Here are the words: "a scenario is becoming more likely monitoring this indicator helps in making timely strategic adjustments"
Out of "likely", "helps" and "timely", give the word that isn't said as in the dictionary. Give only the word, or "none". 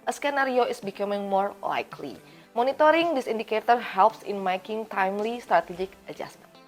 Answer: none